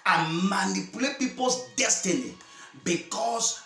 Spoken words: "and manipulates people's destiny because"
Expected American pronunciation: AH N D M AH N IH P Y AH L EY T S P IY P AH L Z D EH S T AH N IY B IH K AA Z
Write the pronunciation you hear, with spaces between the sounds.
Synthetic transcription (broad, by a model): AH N M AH N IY P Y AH L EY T P IY P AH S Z D EH S T AH N IY B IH K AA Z